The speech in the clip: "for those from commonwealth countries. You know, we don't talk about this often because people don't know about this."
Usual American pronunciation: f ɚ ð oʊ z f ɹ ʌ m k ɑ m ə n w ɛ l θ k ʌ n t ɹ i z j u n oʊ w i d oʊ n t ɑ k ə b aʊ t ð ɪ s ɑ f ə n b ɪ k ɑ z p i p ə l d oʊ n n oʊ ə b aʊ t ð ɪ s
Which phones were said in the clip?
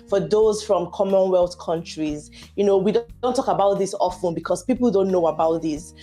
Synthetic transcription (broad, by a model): f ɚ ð oʊ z f ɹ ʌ m k ɑ m ə n w ɛ l θ k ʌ n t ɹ i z j u n oʊ w i d oʊ n t ɑ k ə b aʊ t ð ɪ s ɑ f ə n b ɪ k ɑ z p i p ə l d oʊ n n oʊ ə b aʊ t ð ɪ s